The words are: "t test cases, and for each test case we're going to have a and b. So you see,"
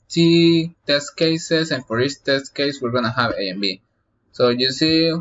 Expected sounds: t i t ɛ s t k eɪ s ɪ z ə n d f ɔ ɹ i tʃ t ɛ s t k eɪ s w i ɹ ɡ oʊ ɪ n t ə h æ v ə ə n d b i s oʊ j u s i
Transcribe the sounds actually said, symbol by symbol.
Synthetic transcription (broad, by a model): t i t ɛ s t k eɪ s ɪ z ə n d f ɔ ɹ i s t ɛ s t k eɪ s w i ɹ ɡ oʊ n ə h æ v ə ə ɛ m b i s oʊ j u s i